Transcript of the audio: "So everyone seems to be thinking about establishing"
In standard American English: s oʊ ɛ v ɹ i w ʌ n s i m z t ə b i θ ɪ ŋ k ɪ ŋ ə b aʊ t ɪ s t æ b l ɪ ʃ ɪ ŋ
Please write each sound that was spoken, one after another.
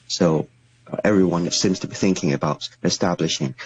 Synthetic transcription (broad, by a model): s oʊ ɛ v ɹ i w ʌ n s i m z t ə b i θ ɪ ŋ k ɪ ŋ ə b aʊ t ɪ s t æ b l ɪ ʃ ɪ ŋ